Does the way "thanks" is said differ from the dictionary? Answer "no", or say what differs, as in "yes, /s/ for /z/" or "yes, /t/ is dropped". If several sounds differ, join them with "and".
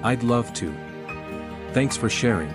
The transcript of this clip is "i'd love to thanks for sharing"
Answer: no